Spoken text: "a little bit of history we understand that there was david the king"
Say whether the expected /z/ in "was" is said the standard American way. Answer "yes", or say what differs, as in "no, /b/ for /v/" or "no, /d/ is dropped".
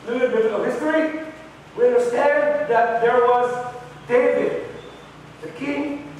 yes